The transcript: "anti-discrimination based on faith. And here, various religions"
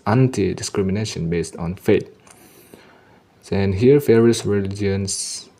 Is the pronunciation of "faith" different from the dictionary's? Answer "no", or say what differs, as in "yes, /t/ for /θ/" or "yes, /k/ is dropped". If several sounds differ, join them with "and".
yes, /s/ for /θ/